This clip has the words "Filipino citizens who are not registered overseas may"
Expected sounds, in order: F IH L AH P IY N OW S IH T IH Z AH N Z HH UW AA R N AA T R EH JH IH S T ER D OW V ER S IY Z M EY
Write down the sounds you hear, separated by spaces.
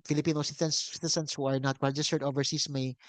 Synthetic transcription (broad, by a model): F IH L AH P IY N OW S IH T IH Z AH N S HH UW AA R N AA T W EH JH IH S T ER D OW V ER S IY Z M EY